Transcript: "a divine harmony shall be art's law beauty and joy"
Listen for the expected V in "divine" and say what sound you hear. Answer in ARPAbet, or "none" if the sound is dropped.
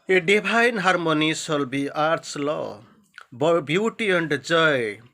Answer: B